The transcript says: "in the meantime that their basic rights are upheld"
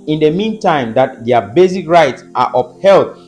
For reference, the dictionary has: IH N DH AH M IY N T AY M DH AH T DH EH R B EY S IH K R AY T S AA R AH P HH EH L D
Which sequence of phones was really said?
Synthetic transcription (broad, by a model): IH N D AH M IY N T AY M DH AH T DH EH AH B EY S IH K R AY T S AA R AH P HH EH L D